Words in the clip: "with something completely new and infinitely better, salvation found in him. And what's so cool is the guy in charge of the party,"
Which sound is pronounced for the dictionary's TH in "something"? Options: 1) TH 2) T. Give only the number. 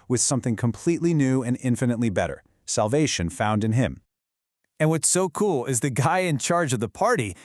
1